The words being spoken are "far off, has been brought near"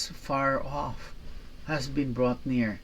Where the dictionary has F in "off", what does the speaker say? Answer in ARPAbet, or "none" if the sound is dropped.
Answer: F